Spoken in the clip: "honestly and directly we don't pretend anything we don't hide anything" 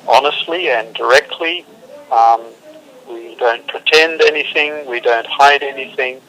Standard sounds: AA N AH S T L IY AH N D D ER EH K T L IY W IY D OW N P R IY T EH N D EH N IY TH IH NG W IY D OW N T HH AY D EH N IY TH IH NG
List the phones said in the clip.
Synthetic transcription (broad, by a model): AA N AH S T L IY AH N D D ER EH K T L IY W IY D OW N P R IY T EH N D EH N IY TH IH NG W IY D OW N T HH AY D EH N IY TH IH NG